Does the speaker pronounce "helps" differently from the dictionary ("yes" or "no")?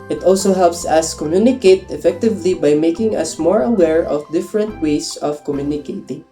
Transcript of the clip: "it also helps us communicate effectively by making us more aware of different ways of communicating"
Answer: no